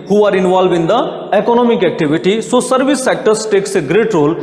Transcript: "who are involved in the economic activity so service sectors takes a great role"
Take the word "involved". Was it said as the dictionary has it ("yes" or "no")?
no